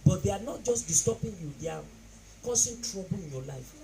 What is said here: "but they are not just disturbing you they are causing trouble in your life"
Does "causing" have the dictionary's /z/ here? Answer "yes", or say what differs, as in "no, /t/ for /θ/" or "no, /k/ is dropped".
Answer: no, /s/ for /z/